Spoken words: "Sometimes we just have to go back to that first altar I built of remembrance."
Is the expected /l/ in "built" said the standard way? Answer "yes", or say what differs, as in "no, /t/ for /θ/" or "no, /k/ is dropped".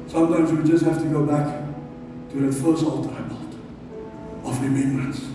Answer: no, /l/ is dropped